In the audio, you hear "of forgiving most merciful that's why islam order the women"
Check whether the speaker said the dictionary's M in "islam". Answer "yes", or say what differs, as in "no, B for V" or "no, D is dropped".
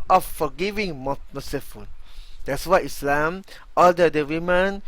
yes